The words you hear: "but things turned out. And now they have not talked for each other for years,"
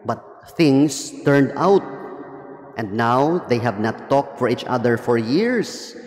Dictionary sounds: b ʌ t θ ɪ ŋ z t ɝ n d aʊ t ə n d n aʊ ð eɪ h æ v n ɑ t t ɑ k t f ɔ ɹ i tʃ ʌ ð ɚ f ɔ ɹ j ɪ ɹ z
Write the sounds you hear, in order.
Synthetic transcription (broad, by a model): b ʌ t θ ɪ ŋ s t ɝ n d aʊ t ə n d n aʊ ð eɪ h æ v n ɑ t t ɑ k t f ɔ ɹ i tʃ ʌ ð ɚ f ɔ ɹ j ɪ ɹ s